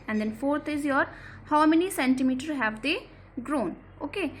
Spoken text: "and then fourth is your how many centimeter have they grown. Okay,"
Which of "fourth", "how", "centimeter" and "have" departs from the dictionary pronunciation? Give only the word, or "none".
fourth